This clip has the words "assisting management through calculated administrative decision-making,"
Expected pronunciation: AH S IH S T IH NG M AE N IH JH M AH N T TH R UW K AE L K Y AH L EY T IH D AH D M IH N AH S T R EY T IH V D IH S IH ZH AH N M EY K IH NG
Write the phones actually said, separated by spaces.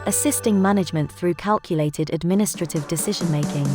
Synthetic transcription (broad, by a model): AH S IH S T IH NG M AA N IH JH M AH N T TH R UW K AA L K Y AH L EY T IH D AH D M IH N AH S T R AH T IH V D IH S IH ZH AH N M EY K IH NG